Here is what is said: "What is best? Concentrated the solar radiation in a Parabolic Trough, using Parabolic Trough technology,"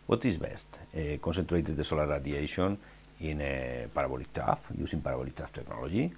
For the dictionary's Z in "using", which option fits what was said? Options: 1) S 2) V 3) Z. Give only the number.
1